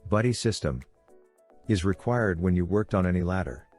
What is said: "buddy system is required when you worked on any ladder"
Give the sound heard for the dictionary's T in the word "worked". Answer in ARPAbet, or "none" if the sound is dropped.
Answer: T